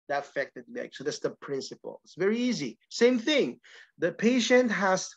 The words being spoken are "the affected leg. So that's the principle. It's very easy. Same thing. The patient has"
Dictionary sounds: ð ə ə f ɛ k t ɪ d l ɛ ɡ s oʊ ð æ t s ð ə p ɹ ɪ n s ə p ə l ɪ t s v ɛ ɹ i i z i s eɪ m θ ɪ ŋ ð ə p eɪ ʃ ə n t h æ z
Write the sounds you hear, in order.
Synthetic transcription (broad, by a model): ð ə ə f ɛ k t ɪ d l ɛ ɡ s oʊ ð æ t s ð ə p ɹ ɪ n s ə p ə l ɪ t s v ɛ ɹ i i z i s eɪ m θ ɪ ŋ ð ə p eɪ ʃ ə n t h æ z